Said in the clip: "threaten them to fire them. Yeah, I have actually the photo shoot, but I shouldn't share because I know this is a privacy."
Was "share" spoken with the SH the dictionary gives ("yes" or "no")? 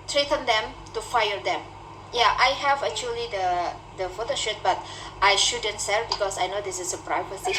no